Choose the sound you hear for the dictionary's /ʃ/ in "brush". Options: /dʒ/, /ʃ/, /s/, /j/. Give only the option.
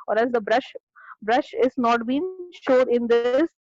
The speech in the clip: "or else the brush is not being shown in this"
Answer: /ʃ/